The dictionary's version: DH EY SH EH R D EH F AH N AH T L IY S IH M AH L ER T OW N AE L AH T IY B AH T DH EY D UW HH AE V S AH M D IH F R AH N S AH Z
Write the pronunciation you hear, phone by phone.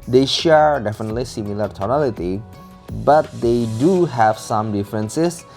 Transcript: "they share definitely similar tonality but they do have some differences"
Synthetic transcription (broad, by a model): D EY SH EH R D EH F AH N AH T L IY S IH M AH L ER T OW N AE L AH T IY B AH T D EY D UW HH AE V S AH M D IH F R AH N S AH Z